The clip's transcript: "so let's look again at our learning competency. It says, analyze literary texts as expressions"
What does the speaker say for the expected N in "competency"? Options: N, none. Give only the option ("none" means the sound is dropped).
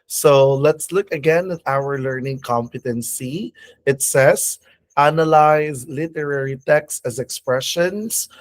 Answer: N